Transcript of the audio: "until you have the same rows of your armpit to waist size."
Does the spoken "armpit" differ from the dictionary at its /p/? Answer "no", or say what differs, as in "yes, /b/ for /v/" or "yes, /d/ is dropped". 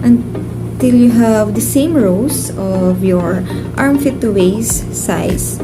yes, /f/ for /p/